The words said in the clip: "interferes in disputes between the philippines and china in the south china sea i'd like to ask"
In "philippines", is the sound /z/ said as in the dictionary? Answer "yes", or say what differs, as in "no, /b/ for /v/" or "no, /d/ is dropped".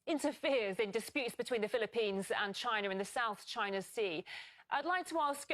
yes